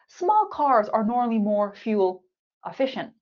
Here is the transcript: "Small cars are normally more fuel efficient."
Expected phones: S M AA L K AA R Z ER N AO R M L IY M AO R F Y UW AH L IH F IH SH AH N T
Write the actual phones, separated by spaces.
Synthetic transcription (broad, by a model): S M AA L K AA R Z ER N AO R M L IY M AO R F Y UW L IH F IH SH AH N T